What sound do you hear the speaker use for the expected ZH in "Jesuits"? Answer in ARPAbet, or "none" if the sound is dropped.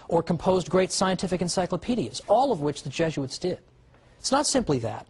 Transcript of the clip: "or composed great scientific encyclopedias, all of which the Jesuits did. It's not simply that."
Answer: ZH